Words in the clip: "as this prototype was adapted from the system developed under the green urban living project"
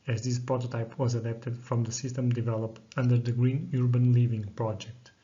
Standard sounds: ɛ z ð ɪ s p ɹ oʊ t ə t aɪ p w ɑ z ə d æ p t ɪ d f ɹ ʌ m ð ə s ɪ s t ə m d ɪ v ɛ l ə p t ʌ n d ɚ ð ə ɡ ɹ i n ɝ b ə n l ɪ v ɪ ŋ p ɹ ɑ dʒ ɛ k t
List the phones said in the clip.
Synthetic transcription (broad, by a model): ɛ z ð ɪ s p ɹ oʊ t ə t aɪ p w ɑ z ə d æ p t ɪ d f ɹ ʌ m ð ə s ɪ s t ə m d ɪ v ɛ l ə p t ʌ n d ɚ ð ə ɡ ɹ i n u b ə n l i v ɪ ŋ p ɹ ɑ dʒ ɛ k t